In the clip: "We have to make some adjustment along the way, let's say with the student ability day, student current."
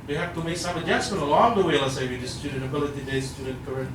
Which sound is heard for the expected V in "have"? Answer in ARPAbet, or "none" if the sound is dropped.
F